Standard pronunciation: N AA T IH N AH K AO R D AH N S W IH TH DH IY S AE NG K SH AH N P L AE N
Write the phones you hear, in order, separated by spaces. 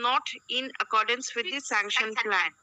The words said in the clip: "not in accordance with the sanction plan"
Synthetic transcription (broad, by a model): N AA T IH N AH K AO R D AH N S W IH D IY S AE NG K SH AH N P L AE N